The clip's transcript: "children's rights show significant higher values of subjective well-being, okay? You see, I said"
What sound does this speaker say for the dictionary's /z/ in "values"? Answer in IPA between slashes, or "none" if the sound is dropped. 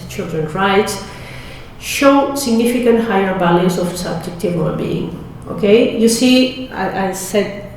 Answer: /s/